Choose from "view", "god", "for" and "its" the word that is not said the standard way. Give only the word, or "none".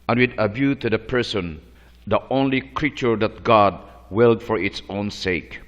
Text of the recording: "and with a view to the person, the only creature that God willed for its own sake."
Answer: view